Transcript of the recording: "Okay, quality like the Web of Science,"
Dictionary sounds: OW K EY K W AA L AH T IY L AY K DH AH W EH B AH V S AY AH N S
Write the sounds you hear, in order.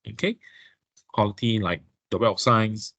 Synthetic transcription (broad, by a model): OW K EY K W AA L AH T IY L AY K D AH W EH AH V S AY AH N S